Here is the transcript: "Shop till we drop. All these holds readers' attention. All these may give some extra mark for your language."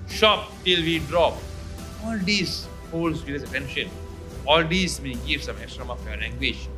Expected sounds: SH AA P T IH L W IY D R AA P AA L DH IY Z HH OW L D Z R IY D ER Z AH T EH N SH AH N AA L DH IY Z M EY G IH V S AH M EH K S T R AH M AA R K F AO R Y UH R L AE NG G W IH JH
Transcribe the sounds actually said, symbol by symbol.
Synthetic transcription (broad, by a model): SH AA P T IH L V IY D R AA P AA L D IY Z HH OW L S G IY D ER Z AH T EH N SH AH N AA L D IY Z M EY G IH V S AH M EH K S T R AH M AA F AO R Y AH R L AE NG G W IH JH